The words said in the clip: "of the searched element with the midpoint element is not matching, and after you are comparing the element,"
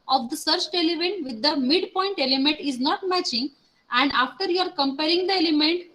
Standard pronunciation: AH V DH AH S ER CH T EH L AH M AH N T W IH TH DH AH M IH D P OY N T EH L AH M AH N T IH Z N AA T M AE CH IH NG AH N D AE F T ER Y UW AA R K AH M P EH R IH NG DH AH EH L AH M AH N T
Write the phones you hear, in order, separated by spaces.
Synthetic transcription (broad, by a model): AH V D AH S ER CH T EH L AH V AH N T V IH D AH M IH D P OY N T EH L AH M AH N T IH Z N AA T M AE CH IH NG AH N D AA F T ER Y UW AA R K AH M P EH R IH NG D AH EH L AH M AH N T